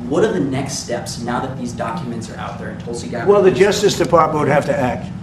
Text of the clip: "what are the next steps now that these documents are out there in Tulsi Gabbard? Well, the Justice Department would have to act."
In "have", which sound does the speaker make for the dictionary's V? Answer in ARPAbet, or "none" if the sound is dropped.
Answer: F